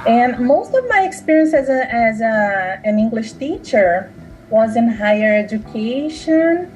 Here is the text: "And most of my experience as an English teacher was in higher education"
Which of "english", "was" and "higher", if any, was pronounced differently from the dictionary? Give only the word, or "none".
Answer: none